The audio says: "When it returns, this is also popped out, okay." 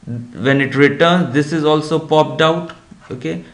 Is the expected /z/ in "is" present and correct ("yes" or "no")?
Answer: yes